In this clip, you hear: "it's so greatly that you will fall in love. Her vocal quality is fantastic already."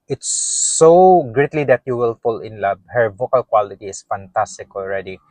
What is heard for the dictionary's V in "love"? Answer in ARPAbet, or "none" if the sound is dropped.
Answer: B